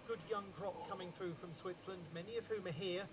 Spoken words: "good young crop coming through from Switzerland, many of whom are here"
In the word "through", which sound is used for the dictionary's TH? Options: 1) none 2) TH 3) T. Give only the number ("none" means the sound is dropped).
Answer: 2